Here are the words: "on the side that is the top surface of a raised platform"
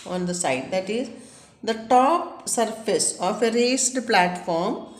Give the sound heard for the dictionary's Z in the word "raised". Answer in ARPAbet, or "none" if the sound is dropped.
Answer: S